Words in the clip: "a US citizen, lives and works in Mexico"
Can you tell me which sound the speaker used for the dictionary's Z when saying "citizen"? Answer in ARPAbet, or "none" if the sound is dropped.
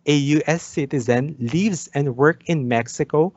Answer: Z